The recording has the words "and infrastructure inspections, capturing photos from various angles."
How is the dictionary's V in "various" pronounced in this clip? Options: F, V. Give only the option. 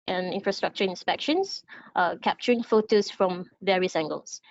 V